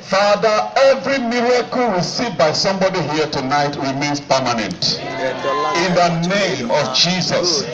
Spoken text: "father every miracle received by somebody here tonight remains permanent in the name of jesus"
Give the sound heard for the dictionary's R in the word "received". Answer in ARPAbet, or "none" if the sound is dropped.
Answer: W